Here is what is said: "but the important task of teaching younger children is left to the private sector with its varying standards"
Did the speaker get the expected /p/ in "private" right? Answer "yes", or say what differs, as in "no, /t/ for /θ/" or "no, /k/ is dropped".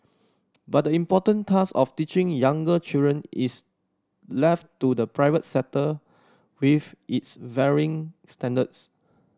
yes